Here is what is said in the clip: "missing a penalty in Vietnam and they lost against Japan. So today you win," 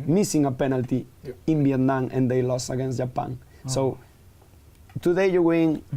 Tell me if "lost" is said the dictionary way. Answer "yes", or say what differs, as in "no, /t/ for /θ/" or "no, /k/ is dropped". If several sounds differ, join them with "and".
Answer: no, /t/ is dropped